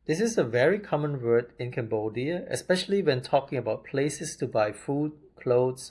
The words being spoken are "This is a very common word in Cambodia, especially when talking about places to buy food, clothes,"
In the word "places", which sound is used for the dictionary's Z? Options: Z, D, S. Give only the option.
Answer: S